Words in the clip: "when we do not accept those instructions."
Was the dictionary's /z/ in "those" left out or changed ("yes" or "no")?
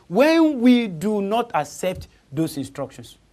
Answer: yes